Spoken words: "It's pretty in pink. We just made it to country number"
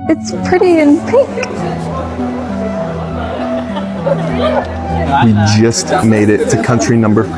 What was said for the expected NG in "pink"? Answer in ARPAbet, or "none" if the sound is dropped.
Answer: none